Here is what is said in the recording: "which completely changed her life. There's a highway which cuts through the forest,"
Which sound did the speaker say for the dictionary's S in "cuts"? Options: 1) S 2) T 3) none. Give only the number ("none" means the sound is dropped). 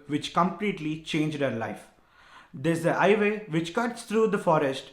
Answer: 1